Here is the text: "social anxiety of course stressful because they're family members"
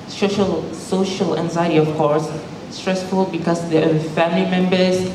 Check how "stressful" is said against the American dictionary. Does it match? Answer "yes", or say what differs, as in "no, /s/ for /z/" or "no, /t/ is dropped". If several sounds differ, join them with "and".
yes